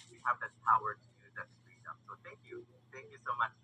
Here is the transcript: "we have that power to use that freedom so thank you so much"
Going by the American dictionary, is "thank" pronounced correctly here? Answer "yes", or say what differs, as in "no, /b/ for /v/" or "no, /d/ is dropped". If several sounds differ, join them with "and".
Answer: yes